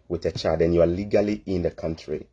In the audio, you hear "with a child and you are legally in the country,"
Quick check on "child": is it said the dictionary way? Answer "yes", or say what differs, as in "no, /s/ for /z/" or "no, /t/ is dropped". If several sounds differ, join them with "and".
no, /l/ is dropped